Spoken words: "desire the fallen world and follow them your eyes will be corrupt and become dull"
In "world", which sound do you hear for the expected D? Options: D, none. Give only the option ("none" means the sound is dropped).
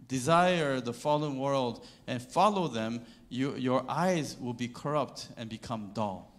D